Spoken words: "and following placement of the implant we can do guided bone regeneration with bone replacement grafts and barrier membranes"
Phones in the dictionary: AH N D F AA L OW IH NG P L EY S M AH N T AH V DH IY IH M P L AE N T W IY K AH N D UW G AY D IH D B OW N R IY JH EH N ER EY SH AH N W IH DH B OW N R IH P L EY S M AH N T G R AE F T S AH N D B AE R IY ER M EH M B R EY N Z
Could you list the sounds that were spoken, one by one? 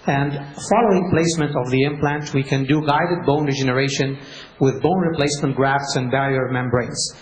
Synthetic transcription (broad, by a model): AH N D F AA L OW IH NG P L EY S M AH N T AH V DH IY IH M P L AE N T W IY K AH N D UW G AY D IH D B OW N R IY JH EH N ER EY SH AH N W IH DH B OW N R IH P L EY S M AH N T G R AE F T S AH N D B AE R IY ER M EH M B R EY N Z